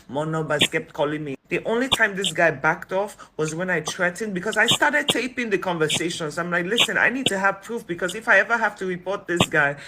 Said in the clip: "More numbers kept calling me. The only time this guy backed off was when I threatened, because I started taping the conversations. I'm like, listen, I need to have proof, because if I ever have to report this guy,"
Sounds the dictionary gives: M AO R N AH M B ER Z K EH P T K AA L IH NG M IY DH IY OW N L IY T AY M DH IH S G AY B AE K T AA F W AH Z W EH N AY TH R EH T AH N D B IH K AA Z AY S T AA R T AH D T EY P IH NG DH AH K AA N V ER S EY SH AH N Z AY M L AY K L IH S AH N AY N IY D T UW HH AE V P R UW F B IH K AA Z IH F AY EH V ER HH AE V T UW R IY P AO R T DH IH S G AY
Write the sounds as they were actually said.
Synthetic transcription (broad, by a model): M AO N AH B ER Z K EH P T K AA L IH NG M IY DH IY OW N L IY T AY M DH IH S G AY B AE K T AA F W AH Z W EH N AY T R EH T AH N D B IH K AA Z AY S T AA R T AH D T EY P IH NG DH AH K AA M V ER S EY SH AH N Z AY M L AY K L IH S AH N AY N IY D T UW HH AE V P R UW F B IH K AA Z IH F AY EH V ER HH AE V T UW R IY P AO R T DH IH S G AY